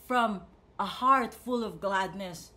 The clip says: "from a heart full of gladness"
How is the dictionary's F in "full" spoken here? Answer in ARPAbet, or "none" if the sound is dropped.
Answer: F